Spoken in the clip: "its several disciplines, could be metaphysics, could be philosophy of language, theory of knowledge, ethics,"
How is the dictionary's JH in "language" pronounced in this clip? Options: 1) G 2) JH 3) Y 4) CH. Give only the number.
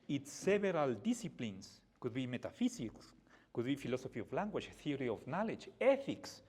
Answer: 4